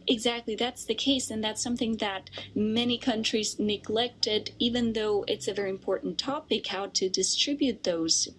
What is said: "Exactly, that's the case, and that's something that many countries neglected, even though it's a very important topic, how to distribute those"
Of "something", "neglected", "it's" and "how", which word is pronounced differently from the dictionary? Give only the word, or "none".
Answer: none